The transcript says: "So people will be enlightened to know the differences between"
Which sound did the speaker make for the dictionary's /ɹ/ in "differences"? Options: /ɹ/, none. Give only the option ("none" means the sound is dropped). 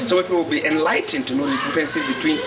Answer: none